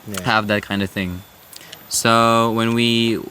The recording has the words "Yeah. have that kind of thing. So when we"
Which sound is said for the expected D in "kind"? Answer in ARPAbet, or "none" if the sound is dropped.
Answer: D